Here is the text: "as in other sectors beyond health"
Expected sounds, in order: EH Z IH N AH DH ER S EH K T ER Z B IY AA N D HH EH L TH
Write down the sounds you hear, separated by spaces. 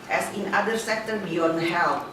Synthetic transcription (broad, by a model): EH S IH N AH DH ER S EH K T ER B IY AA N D HH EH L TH